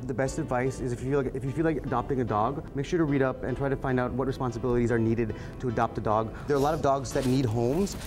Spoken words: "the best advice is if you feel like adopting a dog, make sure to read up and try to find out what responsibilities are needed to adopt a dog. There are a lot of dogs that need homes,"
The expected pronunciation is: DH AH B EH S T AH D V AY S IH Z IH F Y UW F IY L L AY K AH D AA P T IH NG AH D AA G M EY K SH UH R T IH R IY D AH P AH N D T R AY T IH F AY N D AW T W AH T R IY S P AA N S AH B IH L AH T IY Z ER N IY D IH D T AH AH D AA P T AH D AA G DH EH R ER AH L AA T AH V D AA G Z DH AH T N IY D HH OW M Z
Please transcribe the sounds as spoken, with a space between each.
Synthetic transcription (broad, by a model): DH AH B EH S T AH D V AY S IH Z IH F Y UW F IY L L AY K AH D AA P T IH NG AH D AA G M EY K SH UH R T IH R IY D AH P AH N T R AY T IH F AY N D AW T W AH T R IY S P AA N S AH B IH L AH T IY Z ER N IY D IH D T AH AH D AA P T AH D AA G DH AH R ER AH L AA T AH V D AA G Z DH AH T N IY D HH OW M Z